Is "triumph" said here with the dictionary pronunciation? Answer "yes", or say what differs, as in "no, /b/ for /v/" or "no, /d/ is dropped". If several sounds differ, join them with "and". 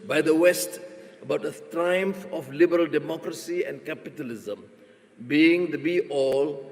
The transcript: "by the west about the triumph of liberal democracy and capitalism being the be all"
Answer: yes